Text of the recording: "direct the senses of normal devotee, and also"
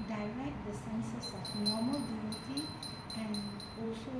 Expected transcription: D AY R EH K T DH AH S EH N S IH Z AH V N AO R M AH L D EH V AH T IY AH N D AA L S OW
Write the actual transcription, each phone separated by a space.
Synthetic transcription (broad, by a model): D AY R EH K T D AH S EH N S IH S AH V N AO R M AH L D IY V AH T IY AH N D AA L S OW